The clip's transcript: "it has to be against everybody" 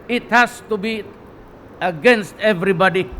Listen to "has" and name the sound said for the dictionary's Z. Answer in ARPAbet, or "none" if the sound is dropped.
S